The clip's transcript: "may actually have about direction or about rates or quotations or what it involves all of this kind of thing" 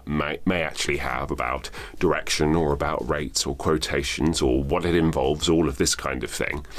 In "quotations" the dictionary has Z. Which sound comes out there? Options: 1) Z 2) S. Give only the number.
1